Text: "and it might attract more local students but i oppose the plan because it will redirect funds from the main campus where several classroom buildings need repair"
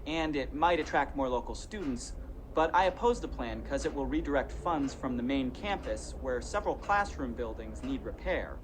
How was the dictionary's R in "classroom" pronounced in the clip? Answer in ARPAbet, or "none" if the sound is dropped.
R